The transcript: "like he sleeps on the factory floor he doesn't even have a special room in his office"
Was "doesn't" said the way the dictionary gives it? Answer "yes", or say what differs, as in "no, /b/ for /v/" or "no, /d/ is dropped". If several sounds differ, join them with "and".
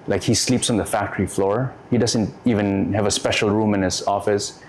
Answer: yes